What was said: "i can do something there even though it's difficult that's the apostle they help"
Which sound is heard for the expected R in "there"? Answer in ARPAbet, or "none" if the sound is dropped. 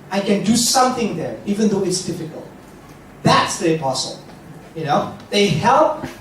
R